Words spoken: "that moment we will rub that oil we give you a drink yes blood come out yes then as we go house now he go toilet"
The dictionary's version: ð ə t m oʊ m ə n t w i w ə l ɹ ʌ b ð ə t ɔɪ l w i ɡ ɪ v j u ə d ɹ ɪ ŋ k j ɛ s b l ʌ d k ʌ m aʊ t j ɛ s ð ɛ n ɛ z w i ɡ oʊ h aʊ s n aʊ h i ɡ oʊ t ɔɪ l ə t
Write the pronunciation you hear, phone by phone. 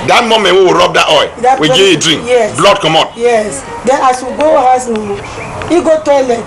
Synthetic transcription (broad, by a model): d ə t m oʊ m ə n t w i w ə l ɹ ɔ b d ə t ɔɪ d w i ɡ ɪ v ə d ɹ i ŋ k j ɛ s b l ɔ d k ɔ m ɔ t j ɛ s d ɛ n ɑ s w i ɡ oʊ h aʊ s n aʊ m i ɡ oʊ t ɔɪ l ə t